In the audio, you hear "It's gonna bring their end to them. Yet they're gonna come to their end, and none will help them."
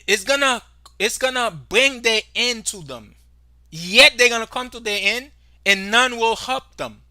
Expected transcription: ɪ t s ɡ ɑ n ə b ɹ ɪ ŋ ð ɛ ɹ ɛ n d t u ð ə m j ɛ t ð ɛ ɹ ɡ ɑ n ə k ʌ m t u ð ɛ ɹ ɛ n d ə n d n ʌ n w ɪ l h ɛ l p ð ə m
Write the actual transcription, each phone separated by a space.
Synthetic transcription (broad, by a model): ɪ t s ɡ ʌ n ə b ɹ ɪ ŋ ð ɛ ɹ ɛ n t u ð ə m j ɛ t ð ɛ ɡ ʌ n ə k ʌ m t u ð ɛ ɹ ɛ n d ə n n ʌ n w ɪ l h ɛ l p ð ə m